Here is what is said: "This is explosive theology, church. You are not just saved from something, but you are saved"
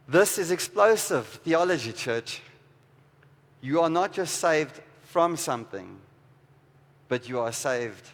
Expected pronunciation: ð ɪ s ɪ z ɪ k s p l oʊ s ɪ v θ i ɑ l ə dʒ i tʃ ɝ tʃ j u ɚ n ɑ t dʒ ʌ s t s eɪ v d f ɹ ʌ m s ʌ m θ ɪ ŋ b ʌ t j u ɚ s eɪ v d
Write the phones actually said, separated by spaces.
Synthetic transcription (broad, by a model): ð ɪ s ɪ z ɪ k s p l oʊ s ɪ v θ i ɑ l ə dʒ i tʃ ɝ tʃ j u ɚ n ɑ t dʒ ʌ s t s eɪ v d f ɹ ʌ m s ʌ m θ ɪ ŋ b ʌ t j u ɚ s eɪ v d